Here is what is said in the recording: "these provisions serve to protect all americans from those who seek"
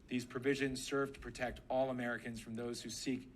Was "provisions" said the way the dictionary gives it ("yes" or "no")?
yes